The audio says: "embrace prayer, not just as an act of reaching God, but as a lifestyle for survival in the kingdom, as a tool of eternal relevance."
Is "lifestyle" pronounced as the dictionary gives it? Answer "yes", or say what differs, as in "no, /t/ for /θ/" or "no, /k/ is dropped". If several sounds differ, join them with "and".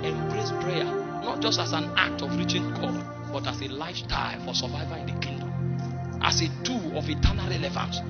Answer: no, /s/ is dropped